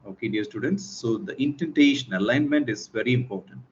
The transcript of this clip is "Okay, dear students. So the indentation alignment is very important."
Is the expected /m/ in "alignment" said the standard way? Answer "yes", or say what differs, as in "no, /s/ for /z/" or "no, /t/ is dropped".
yes